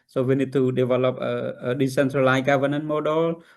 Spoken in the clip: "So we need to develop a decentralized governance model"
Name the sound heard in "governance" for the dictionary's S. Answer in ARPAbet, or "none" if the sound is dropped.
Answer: none